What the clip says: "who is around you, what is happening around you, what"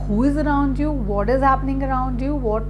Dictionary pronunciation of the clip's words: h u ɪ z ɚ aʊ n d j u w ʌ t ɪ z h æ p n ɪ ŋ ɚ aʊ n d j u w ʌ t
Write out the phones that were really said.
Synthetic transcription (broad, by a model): h u ɪ z ɚ aʊ n d j u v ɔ t ɪ z h æ p n ɪ ŋ ɚ aʊ n d j u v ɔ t